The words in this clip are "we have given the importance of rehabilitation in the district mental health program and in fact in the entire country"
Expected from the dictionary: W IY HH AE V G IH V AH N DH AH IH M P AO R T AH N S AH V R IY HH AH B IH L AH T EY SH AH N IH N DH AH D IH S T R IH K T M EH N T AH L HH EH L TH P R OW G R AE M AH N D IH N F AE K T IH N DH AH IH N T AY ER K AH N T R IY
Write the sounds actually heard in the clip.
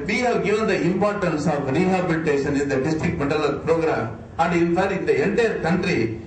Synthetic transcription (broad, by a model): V IY HH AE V G IH V AH N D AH IH M P AO R T AH N S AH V R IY HH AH B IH L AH T EY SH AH N IH N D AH D IH S T R IH K T M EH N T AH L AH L P R OW G R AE M AH N D IH N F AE T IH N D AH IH N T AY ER K AH N T R IY